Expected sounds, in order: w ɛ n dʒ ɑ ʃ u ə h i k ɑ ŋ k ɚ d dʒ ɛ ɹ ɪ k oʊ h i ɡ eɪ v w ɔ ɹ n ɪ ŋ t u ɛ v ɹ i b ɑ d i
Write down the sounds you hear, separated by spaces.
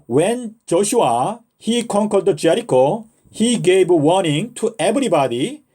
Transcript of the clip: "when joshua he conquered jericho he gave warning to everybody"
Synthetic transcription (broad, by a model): w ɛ n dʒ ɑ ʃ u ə h i k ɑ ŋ k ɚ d dʒ ɛ ɹ ɪ k oʊ h i ɡ eɪ b w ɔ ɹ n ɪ ŋ t u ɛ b ɹ i b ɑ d i